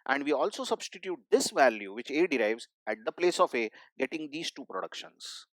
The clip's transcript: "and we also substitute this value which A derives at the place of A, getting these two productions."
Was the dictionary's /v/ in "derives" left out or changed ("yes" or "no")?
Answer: no